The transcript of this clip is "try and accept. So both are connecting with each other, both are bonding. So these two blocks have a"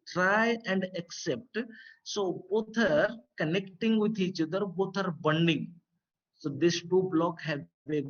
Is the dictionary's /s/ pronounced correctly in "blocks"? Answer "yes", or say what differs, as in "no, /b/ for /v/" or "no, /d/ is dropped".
no, /s/ is dropped